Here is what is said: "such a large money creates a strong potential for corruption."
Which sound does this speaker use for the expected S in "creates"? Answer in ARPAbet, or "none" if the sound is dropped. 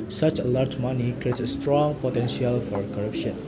none